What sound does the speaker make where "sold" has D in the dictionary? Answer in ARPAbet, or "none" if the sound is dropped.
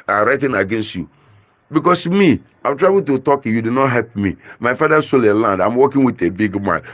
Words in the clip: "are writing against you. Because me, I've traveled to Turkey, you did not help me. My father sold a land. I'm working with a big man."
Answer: none